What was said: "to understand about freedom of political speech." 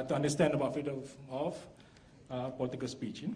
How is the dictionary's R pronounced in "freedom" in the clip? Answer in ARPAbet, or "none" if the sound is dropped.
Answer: none